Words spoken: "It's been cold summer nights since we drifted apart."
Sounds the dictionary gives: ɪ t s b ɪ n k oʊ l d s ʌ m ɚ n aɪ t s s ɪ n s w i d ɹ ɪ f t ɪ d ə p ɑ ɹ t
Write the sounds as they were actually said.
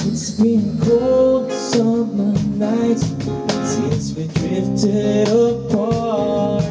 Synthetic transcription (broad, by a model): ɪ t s b ɪ n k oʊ l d s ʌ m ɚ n aɪ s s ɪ s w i d ɹ ɪ f t ɪ d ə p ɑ